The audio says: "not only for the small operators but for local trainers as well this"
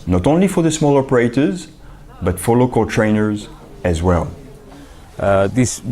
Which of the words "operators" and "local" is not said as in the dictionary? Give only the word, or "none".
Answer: none